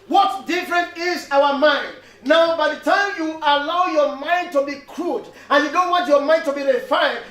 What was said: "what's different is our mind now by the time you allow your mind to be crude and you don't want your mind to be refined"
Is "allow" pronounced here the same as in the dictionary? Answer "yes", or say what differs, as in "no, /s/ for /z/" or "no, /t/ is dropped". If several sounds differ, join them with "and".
yes